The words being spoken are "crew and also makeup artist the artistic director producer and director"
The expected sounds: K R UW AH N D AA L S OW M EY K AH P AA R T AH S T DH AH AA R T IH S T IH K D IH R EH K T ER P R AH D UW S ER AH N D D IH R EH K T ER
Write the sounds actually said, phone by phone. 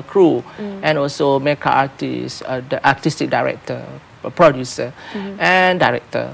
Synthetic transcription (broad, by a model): K R UW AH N AA L S OW M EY K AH AA T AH S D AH AA T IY S T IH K D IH R EH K T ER P R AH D UW S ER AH N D D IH R EH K T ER